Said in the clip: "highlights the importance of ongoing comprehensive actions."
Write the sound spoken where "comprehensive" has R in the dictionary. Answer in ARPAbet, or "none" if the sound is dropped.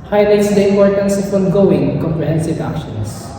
R